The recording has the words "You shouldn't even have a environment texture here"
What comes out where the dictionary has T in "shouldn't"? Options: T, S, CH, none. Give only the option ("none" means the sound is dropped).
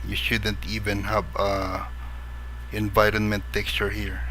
T